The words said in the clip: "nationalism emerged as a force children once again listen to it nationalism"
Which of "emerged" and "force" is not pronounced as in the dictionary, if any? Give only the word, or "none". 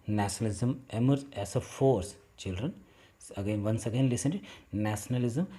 emerged